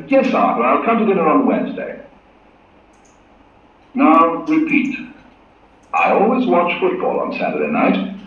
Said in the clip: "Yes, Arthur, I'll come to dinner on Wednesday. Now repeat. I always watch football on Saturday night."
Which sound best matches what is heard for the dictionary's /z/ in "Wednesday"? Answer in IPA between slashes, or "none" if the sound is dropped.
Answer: /z/